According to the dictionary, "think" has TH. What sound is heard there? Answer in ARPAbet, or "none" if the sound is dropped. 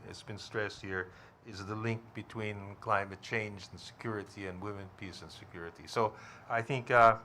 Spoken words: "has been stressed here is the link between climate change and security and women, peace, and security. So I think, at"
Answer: TH